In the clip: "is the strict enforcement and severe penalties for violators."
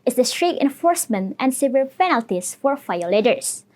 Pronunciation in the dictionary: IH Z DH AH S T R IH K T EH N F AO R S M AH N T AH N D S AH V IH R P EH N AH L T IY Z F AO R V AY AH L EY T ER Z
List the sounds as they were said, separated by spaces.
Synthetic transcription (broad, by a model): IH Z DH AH S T R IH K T EH N F AO R S M AH N T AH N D S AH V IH L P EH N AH L T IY S F AO R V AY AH L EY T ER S